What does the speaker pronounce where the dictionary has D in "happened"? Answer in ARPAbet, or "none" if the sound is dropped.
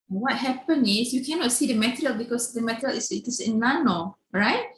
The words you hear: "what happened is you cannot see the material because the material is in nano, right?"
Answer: none